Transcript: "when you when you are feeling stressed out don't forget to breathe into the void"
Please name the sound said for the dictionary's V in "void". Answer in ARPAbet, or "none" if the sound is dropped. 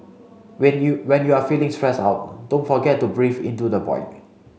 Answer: P